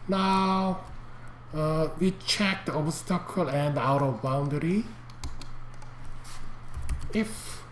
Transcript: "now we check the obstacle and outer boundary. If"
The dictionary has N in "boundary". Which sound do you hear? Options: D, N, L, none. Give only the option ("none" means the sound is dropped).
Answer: N